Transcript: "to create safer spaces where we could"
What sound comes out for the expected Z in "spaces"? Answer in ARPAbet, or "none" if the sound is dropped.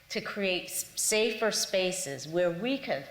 Z